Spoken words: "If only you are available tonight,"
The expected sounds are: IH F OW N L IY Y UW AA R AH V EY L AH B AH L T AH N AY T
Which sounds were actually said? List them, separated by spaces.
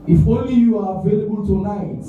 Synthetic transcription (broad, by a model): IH F OW N L IY Y UW AA R AH V EY L AH B AH L T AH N AY T